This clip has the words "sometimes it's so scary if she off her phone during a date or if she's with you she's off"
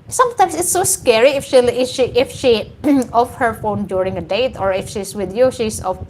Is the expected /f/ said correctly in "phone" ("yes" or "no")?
yes